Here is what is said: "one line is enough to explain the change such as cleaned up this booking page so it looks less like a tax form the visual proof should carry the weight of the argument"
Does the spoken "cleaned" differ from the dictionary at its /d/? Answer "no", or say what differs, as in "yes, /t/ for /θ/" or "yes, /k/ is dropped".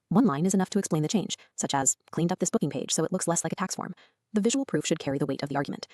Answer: no